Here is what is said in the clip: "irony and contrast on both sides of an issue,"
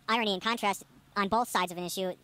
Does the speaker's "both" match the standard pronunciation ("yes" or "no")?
yes